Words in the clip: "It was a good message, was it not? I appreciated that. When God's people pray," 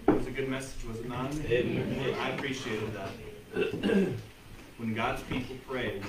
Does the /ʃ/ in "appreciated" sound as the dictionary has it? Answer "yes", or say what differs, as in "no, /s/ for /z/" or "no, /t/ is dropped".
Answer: yes